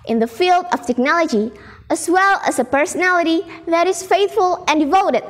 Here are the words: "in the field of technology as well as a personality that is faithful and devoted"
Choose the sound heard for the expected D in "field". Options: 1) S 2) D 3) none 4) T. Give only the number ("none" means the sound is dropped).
2